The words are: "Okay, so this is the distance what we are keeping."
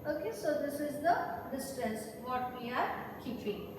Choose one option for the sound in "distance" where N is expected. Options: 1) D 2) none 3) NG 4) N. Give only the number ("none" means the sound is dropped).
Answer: 2